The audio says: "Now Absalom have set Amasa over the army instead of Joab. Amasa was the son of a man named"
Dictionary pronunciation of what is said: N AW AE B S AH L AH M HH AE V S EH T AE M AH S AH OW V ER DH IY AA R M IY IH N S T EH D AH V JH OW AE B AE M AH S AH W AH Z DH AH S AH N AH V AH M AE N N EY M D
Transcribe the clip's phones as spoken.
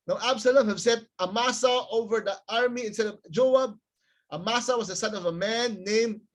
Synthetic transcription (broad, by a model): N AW AE B S AH L AH M HH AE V S EH T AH M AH S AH OW V ER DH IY AA R M IY IH N S T EH D AH V JH OW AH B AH M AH S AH W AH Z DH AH S AH N AH V AH M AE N N EY M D